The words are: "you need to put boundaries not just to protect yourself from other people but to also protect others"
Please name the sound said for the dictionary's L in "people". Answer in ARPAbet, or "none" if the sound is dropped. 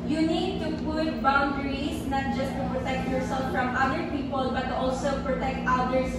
L